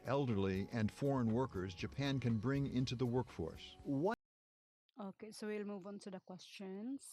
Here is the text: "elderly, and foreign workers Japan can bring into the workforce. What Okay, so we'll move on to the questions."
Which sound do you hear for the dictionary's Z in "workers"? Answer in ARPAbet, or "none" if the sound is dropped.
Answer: Z